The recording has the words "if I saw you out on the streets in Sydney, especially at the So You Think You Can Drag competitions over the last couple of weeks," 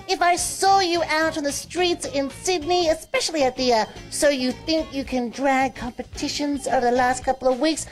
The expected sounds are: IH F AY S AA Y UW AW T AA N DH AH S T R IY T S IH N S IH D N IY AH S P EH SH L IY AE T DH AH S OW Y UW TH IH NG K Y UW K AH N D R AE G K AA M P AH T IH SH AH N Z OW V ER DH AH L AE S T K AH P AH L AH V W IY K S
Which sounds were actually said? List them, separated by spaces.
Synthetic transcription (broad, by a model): IH F AY S AA Y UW AW T N DH AH S T R IY T S IH N S IH D N IY AH S P EH SH L IY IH T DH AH S OW Y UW TH IH NG K Y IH K AH N D R AE G K AA M P AH T IH SH AH N Z OW V ER DH AH L AE S T K AH P L AH V W IY K S